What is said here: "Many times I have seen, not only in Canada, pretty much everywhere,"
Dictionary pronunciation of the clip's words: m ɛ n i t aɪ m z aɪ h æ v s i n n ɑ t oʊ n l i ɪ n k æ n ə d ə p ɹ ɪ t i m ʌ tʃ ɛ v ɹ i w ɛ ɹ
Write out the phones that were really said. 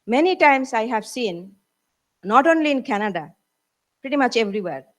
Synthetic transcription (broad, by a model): m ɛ n i t aɪ m s aɪ h æ v s i n n ɑ t oʊ n l i ɪ n k æ n ə d ə p ɹ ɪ t i m ʌ tʃ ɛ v ɹ i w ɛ ɹ